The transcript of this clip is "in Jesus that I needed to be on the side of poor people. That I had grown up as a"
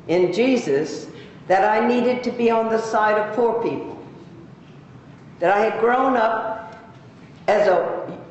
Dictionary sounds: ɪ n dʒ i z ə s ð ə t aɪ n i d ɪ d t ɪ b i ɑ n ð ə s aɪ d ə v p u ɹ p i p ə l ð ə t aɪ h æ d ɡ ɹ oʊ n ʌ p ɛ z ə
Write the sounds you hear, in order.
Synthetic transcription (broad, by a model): ɪ n dʒ i z ə s ð ə t aɪ n i d ɪ d t ɪ b i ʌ n ð ə s aɪ d ə v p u ɹ p i p l ð ə t aɪ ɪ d ɡ ɹ oʊ n ʌ p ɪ z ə